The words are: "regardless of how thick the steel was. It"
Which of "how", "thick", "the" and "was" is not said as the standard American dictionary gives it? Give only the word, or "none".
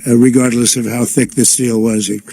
none